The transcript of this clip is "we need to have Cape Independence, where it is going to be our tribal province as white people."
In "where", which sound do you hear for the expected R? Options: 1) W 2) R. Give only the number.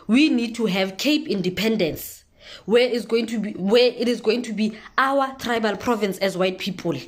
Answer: 1